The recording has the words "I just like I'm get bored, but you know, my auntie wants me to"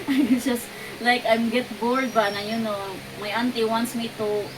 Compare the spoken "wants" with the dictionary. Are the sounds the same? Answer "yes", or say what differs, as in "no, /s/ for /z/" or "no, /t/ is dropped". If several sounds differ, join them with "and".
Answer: yes